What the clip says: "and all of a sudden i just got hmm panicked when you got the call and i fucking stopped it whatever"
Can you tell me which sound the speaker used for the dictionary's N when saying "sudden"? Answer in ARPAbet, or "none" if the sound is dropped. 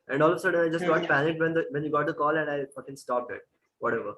none